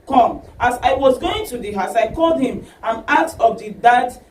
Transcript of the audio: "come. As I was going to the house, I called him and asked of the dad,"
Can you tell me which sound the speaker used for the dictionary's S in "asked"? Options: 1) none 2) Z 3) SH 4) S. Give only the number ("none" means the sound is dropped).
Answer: 1